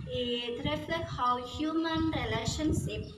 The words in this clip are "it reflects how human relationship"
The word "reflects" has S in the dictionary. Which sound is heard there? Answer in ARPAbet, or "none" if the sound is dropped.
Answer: none